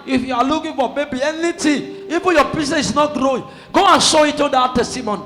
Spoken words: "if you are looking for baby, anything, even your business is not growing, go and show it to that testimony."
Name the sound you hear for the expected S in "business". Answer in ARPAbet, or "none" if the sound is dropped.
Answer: none